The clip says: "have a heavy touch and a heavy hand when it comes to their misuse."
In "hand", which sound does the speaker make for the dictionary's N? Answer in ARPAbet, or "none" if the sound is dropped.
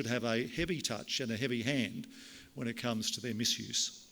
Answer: N